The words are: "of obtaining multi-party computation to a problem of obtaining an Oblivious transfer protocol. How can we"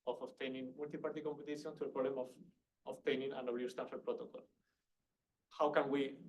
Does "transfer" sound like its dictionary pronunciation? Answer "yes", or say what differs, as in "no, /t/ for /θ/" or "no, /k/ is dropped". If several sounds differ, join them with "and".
no, /ɹ/ is dropped and /s/ is dropped